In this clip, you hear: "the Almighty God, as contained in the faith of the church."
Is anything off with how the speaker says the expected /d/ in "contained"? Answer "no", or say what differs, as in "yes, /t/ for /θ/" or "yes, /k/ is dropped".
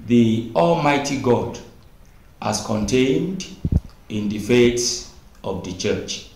no